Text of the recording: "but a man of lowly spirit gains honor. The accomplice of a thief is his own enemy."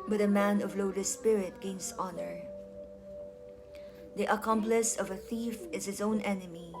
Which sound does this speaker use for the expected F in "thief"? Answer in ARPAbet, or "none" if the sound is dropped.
F